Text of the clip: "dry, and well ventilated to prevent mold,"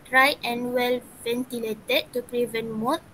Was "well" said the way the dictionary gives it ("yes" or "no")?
yes